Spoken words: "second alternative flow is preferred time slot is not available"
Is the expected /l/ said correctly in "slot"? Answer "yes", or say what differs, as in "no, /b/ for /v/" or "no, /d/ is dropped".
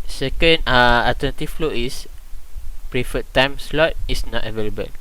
yes